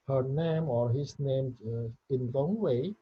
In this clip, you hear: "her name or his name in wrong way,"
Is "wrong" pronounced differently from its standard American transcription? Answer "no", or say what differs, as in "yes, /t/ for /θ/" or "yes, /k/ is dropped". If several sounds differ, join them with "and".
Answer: yes, /l/ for /ɹ/